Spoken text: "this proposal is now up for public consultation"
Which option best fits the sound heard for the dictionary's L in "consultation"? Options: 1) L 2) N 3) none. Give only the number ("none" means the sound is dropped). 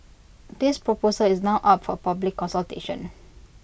1